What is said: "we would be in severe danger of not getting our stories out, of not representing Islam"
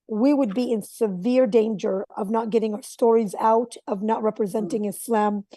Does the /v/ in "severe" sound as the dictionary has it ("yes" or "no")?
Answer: yes